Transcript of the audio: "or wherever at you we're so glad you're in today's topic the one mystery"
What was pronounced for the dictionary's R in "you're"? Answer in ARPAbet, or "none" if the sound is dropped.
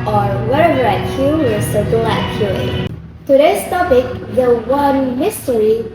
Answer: L